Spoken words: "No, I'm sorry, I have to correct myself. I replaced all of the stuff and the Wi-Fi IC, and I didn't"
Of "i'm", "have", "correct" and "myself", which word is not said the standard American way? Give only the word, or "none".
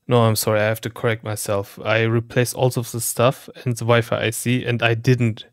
have